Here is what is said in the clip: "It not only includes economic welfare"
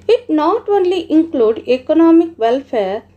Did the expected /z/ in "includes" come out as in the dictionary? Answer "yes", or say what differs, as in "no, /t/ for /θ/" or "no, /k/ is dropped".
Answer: no, /z/ is dropped